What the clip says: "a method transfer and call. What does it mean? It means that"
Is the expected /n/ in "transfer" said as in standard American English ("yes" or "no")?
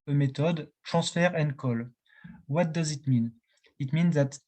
no